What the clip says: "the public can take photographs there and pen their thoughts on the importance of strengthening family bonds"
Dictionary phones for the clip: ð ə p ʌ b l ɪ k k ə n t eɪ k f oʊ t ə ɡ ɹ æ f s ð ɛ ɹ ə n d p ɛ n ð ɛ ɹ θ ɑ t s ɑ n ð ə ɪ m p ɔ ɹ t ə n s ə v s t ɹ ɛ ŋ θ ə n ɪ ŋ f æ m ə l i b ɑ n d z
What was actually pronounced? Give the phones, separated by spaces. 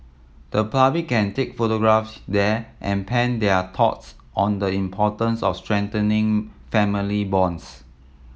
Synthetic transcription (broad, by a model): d ə p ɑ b ɪ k k ə n t eɪ k f oʊ t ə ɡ ɹ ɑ f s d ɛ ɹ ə n p ɛ n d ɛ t ɑ t s ɑ n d ə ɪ m p ɔ t ə n s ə f s t ɹ ɛ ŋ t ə n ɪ ŋ f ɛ m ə l i b ɑ n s